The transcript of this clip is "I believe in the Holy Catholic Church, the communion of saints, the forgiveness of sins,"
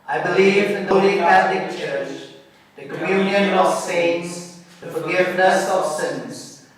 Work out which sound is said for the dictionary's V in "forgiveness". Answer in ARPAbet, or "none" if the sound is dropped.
V